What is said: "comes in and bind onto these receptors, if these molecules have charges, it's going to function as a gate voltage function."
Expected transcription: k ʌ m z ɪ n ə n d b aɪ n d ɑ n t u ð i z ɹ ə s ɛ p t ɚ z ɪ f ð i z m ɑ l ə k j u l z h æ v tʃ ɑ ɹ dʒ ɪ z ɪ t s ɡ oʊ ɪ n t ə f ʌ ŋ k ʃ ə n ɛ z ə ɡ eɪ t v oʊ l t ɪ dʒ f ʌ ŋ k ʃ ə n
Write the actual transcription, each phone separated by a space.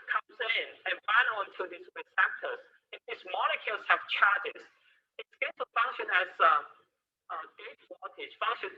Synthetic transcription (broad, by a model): k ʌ m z ɪ n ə n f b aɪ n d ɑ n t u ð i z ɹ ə s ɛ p t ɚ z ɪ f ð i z m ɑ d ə k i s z h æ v tʃ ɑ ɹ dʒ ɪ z ɪ t s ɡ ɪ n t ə f ʌ ŋ k ʃ ə n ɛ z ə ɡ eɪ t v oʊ t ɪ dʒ f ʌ ŋ k ʃ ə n